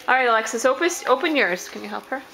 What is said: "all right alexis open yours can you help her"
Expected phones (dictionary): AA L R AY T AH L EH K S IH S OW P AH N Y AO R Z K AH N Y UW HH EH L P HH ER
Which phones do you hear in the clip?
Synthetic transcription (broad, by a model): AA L R AY T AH L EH K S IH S OW P AH N Y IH R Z K AH N Y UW HH EH L P HH ER